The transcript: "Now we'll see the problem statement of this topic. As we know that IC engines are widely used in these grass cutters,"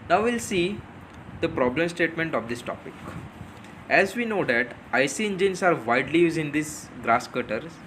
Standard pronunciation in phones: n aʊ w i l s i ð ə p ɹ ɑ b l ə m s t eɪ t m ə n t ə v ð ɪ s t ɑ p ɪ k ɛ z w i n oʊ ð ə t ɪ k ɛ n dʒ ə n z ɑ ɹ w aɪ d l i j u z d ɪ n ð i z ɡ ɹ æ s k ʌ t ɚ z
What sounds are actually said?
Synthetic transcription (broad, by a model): n aʊ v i l s i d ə p ɹ ɑ b l ə m s t eɪ t m ə n t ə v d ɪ s t ɑ p ɪ k ɛ z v i n oʊ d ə t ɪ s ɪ n dʒ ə n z ɑ ɹ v aɪ d l i j u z ɪ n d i s ɡ ɹ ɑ s k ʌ t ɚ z